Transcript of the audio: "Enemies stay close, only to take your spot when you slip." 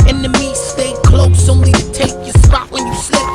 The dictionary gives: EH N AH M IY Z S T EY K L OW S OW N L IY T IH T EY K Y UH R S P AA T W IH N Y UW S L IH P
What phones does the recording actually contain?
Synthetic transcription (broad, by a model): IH N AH M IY S T EY K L OW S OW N IY T IH T EY K Y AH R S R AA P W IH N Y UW S L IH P